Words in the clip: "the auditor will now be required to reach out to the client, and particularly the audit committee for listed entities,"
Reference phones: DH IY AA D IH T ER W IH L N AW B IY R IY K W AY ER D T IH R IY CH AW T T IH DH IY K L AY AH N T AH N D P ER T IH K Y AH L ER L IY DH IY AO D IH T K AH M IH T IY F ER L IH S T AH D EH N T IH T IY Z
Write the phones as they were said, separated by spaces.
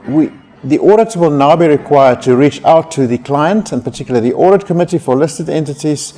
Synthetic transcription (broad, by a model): DH IY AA D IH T W IH L N AW B IY R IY K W AY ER D T IH R IY CH AW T T IH DH IY K L AY AH N T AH N P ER T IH K Y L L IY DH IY AO D IH T K AH M IH T IY F ER L IH S T AH D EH N T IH T IY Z